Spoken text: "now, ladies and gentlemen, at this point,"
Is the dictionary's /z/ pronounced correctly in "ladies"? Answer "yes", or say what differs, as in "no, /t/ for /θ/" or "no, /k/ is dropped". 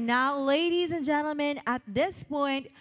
yes